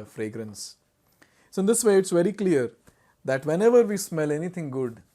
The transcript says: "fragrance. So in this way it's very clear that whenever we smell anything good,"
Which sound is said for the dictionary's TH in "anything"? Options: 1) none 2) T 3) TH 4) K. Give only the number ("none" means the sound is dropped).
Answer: 2